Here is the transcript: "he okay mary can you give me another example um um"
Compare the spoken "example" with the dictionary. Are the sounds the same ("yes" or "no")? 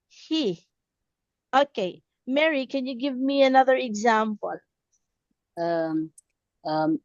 yes